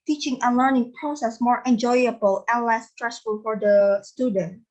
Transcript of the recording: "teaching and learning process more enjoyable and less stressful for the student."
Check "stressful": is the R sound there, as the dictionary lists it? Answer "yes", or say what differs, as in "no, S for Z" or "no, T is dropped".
yes